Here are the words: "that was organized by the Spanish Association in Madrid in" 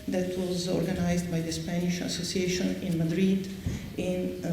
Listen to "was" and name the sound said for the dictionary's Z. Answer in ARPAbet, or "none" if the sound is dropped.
Z